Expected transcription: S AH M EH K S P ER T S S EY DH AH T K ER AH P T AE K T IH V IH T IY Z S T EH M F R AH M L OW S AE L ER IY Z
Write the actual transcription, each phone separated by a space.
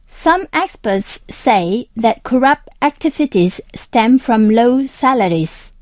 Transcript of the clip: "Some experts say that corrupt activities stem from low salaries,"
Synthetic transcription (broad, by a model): S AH M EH K S P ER T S S EY DH AH T K ER AH P T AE K T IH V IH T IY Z S T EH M F R AH M L OW S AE L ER IY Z